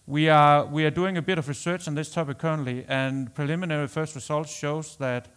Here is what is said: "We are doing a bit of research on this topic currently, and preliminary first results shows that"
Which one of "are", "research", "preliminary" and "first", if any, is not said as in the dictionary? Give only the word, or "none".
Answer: are